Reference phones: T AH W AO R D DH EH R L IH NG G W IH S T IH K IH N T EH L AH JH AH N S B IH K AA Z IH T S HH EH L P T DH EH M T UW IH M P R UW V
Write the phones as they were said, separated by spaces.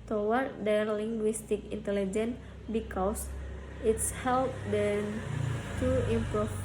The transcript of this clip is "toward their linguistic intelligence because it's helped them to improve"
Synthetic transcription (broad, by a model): T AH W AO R D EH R L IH NG G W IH S T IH K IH N T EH L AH JH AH N B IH K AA S IH T S HH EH L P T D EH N T UW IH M P R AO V